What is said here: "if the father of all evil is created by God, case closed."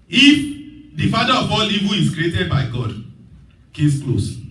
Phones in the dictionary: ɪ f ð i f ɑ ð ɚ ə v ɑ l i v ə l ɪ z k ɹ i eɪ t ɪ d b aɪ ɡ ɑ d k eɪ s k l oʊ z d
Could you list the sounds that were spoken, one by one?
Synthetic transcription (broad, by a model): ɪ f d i f ɑ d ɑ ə b ɑ l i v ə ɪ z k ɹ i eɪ t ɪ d b aɪ ɡ ɑ d k eɪ s k l oʊ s